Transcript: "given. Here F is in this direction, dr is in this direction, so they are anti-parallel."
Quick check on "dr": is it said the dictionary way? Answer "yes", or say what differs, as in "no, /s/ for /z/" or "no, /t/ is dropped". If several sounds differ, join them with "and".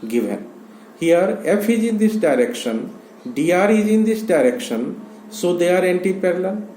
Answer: no, /k/ is dropped